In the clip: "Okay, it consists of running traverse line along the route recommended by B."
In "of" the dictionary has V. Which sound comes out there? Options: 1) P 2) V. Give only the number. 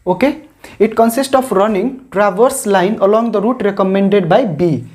1